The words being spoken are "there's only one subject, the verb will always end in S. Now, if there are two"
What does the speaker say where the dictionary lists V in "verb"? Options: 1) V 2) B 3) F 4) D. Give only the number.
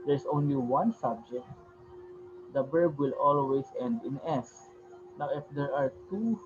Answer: 2